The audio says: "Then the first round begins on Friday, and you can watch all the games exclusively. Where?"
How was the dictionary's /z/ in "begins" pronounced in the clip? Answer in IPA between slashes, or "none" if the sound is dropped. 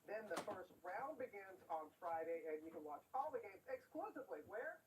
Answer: /z/